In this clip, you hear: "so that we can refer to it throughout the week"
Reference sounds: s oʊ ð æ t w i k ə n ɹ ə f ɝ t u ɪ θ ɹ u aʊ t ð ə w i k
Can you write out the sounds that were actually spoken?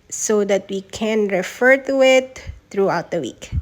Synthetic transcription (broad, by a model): s oʊ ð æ t w i k ə n ɹ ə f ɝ t u ɪ t ɹ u aʊ t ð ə w i k